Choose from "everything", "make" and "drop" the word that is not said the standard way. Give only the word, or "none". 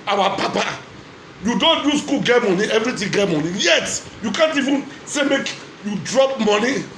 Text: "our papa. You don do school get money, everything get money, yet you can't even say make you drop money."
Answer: everything